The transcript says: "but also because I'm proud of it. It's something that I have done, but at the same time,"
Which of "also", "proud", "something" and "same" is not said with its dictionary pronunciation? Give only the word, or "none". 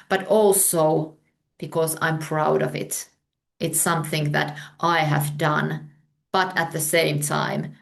none